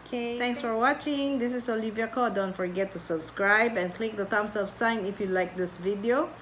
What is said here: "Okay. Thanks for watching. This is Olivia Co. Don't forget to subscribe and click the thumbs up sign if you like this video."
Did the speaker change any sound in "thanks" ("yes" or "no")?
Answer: yes